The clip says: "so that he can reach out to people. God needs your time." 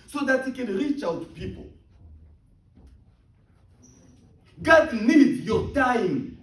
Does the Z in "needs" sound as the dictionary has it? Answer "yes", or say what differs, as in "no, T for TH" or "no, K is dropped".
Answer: no, Z is dropped